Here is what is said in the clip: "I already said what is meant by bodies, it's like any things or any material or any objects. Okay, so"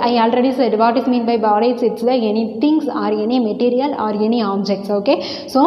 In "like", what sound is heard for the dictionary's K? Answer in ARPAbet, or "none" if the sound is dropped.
none